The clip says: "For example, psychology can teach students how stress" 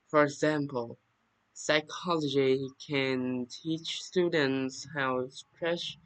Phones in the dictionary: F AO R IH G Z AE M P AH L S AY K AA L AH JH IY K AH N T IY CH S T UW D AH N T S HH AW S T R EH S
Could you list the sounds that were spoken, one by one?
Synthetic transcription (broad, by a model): F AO R IH G Z AE M P AH L S AY K AA L AH JH IY K AH N T IY CH S T UW D AH N T S HH AW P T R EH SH